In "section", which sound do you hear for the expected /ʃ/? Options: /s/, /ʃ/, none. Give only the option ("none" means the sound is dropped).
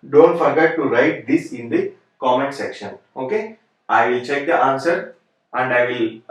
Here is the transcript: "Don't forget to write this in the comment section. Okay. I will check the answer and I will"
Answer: /ʃ/